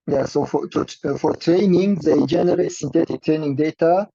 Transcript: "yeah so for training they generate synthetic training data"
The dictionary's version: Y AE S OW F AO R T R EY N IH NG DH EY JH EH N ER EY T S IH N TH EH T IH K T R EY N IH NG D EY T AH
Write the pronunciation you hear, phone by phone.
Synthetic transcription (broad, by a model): Y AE S OW F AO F T R EY N IH NG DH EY JH EH N ER EY T S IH N T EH T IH K T R EY N IH NG D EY T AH